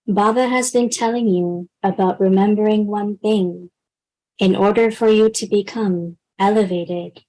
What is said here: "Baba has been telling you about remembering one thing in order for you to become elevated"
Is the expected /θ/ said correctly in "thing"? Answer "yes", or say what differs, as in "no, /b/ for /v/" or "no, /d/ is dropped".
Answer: yes